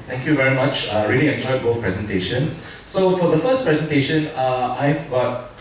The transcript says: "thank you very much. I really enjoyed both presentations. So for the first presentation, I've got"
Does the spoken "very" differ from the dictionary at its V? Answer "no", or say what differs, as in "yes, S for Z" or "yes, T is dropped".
no